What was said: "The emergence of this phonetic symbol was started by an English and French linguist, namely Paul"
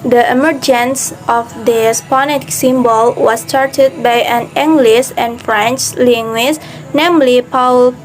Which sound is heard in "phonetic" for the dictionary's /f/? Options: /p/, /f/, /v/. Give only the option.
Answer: /p/